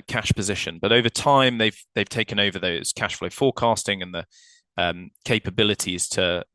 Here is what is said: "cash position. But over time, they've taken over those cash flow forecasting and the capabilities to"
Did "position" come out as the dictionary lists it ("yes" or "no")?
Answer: yes